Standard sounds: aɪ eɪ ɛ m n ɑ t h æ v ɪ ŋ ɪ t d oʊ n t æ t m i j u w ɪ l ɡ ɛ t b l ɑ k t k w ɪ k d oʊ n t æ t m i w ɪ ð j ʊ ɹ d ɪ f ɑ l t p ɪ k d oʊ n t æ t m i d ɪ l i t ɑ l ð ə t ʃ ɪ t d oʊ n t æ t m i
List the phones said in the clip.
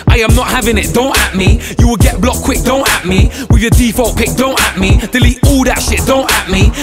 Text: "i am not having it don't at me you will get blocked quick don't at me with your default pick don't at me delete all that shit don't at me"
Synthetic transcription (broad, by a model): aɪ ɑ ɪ m n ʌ t h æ v ɪ ŋ ɪ t d oʊ n t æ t m i j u w ɪ l ɡ ɛ t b l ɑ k k w ɪ k d oʊ n t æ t m i w ɪ ð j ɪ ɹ d ɪ f ɑ l t p ɪ k d oʊ n t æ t m i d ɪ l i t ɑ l ð ə t ʃ ɪ t d oʊ n t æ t m i